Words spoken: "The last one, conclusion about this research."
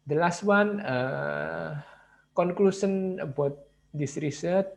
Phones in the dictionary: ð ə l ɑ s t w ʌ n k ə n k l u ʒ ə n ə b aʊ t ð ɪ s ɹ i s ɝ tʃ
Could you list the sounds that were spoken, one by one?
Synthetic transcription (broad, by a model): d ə l ɑ s t w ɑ n k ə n k l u s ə n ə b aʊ t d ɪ s ɹ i s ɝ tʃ